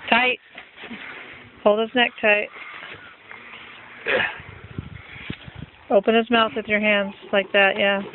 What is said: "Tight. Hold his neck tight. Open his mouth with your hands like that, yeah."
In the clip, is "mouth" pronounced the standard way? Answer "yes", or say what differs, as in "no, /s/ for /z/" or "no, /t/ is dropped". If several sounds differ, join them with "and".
yes